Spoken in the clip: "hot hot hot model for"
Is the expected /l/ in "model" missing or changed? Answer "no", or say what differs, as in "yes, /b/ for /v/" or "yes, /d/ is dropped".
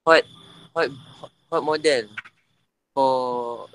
yes, /n/ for /l/